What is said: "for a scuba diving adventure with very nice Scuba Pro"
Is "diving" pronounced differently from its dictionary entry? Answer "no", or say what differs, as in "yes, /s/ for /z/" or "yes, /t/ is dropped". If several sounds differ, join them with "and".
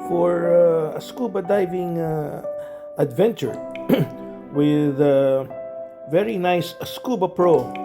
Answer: no